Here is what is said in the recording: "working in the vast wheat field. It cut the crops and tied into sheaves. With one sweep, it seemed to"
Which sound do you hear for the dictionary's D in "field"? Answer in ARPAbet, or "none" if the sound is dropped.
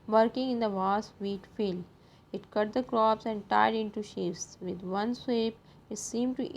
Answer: none